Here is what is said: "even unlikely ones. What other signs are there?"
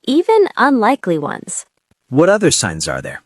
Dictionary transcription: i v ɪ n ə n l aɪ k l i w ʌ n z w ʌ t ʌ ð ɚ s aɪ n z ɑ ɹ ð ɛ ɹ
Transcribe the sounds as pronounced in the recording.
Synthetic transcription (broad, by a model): i v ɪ n ə n l aɪ k l i w ʌ n z w ʌ t ʌ ð ɚ s aɪ n z ɑ ɹ ð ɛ ɹ